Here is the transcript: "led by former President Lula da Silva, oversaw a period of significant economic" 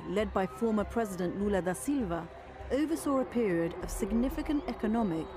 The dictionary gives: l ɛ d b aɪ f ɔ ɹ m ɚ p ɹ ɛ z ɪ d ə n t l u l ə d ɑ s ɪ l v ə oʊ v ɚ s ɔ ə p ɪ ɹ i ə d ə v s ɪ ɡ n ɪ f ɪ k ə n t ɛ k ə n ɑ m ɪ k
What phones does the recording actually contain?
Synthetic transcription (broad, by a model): l ɛ d b aɪ f ɔ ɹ m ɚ p ɹ ɛ z ɪ d ə n t l u l ə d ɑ s ɪ l v ə oʊ v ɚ s ɔ ə p ɪ ɹ i ə d ə v s ɪ ɡ n ɪ f ɪ k ə n t ɛ k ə n ɑ m ɪ k